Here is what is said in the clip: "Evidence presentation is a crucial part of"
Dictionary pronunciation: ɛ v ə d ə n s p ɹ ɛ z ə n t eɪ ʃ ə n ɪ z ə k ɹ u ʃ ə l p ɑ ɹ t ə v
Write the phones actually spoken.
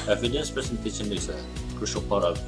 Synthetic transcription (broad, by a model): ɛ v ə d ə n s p ɛ s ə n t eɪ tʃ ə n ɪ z ə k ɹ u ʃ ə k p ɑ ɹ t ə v